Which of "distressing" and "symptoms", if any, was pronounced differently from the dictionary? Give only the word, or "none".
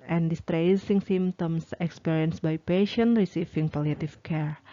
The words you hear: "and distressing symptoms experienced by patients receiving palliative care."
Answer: symptoms